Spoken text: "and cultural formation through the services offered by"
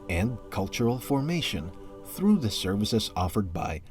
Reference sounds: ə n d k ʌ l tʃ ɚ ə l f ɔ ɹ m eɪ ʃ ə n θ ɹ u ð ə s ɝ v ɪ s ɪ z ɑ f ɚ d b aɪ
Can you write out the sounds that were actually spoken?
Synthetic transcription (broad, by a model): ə n d k ʌ l tʃ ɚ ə l f ɔ ɹ m eɪ ʃ ə n θ ɹ u ð ə s ɝ v ɪ s ɪ z ɑ f ɚ d b aɪ